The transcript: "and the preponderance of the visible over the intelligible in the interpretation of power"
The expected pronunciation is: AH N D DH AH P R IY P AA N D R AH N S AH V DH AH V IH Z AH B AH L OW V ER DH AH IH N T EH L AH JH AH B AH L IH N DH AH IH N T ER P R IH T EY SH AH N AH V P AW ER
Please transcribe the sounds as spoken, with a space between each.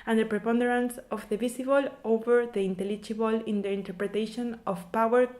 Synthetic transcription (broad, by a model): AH N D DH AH P R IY P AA N D R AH N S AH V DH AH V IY S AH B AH L OW V ER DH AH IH N T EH L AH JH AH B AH L IH N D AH IH N T ER P R IH T EY SH AH N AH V P AW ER